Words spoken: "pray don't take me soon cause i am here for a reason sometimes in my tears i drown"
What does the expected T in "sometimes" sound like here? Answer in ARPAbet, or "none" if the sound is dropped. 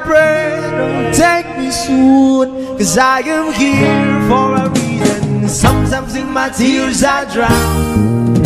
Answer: S